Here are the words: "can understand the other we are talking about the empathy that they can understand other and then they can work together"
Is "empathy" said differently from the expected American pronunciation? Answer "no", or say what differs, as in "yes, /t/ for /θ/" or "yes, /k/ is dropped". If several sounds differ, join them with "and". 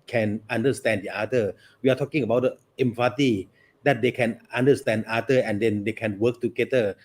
yes, /t/ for /θ/